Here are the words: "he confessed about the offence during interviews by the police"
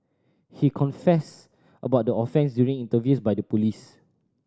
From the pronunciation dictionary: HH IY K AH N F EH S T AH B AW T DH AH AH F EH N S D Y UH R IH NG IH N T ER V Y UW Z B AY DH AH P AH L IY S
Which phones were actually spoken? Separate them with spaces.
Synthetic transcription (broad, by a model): HH IY K AH N F EH S T AH B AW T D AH AH F EH N S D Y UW R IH NG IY N T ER V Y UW S B AY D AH P AH L IY S